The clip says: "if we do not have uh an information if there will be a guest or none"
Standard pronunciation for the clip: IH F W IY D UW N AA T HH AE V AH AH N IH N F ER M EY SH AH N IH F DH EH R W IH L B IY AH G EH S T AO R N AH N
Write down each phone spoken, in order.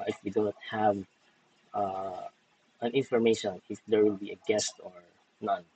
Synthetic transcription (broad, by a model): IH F W IY D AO N T HH AE V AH AH N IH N F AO M EY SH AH N IH F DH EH R W IH L B IY AH G EH S T AO R N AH N